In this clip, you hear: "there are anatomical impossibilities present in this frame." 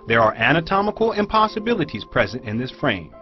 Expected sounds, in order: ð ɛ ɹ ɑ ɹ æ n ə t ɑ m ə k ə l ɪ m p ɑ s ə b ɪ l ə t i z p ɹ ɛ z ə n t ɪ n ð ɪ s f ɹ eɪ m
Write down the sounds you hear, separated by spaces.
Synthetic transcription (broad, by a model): ð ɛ ɹ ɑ ɹ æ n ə t ɑ m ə k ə l ɪ m p ɑ s ə b ɪ l ə t i z p ɹ ɛ z ə n t ɪ n ð ɪ s f ɹ eɪ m